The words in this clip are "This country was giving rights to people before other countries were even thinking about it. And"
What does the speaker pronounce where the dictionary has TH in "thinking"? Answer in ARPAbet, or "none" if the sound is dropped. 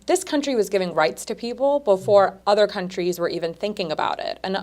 TH